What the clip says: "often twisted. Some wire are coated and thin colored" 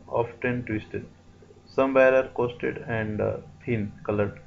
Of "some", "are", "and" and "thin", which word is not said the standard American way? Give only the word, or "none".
thin